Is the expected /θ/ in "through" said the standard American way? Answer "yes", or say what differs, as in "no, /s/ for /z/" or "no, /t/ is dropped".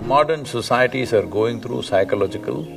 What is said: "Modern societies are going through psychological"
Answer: no, /t/ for /θ/